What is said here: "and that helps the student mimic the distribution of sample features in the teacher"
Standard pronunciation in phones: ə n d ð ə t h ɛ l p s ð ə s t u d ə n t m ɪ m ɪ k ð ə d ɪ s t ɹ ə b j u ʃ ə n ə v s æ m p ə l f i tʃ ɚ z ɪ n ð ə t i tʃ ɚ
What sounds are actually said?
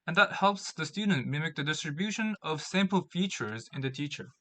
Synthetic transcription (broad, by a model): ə n ð ə t h ɛ l p s ð ə s t u d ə n t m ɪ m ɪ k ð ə d ɪ s t ɹ ə b j u ʃ ə n ə v s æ m p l f i tʃ ɚ z ɪ n ð ə t i tʃ ɚ